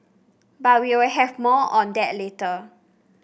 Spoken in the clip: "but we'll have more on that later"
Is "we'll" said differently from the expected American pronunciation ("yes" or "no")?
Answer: yes